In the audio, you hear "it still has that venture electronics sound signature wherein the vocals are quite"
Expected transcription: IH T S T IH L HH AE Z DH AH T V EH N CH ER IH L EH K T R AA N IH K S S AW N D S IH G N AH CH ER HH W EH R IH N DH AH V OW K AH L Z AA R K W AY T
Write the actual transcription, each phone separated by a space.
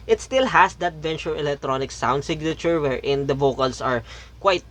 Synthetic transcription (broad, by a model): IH T S T IH L HH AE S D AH T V EH N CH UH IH L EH K T R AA N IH K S S AW N D S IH G N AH CH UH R W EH R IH N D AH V OW K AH L S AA R K W AY T